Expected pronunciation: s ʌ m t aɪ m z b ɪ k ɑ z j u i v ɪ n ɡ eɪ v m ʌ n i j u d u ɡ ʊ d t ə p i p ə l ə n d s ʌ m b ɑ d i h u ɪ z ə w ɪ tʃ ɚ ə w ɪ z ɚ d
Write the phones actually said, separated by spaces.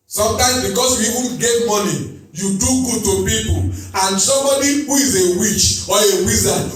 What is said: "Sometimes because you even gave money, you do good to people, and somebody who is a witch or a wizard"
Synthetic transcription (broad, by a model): s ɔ m t aɪ m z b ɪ k ɑ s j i i v ɪ n ɡ eɪ v m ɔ n i j u d u ɡ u d t ə p i p ə l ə n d s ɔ m b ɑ d i h u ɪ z ə w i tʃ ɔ ə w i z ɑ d